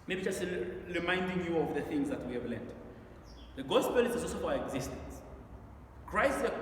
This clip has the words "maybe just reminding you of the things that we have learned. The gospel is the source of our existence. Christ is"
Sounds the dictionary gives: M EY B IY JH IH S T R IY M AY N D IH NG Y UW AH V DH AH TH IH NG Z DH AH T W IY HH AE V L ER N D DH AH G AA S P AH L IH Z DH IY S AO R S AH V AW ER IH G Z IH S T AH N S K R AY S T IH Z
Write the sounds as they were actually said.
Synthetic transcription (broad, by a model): M EY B IY JH IH S T R IY M AY N D IH NG Y UW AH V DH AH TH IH NG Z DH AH T W IY HH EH V L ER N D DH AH G AA S P AH L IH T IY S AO L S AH F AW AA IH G Z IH S T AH N S K R AY S T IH